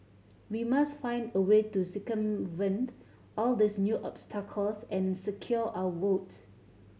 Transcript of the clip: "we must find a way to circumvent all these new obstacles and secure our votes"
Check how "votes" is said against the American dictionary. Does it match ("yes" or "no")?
no